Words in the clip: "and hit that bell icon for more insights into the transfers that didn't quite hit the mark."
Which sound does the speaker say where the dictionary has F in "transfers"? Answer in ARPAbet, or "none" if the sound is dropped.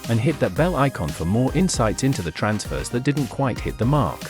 F